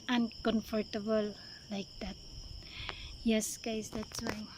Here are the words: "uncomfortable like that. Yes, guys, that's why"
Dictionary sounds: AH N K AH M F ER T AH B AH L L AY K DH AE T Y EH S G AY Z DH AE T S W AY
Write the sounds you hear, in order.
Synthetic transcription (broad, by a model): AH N K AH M F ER T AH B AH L L AY K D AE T Y EH S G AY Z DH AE T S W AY